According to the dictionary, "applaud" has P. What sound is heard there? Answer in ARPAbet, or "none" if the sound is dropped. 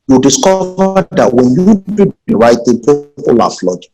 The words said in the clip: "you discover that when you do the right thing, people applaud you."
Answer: F